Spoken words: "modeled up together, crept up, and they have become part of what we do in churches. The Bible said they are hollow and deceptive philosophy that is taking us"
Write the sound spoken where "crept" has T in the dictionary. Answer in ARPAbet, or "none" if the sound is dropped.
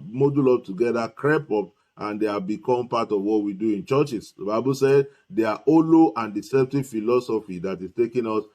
none